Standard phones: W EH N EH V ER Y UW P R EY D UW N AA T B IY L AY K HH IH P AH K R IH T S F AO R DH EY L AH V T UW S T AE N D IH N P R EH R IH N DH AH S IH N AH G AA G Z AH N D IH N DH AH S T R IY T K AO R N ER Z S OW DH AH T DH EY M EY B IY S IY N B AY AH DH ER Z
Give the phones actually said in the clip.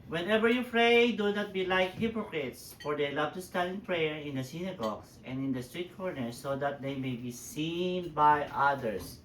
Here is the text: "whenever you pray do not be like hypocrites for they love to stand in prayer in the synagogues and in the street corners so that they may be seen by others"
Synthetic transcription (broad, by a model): W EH N EH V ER Y UW F R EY D UW N AA T B IY L AY K HH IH P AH K R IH T S F AO R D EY L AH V T UW S T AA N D IH N P R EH R IH N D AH S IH N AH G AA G S AH N D IH N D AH S T R IY T K AO R N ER S OW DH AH T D EY M EY B IY S IY N B AY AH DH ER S